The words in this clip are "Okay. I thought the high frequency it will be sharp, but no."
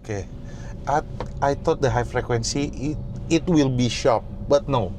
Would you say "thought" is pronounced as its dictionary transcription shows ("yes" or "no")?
no